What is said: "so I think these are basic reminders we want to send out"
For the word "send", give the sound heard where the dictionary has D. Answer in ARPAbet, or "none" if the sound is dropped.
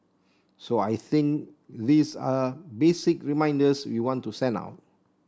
none